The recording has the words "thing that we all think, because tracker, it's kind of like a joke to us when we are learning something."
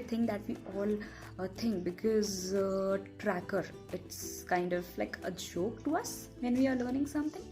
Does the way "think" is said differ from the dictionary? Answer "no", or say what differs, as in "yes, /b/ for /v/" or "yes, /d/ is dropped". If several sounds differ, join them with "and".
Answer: yes, /t/ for /θ/